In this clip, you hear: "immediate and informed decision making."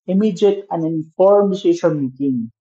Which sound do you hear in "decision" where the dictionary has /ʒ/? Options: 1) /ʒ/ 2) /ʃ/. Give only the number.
2